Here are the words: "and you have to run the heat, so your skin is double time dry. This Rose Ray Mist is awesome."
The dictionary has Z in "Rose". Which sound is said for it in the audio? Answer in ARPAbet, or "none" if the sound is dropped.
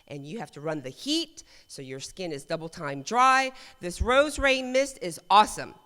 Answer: Z